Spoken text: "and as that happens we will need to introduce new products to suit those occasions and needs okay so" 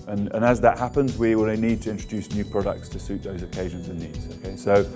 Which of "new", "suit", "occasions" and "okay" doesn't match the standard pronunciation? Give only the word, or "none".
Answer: none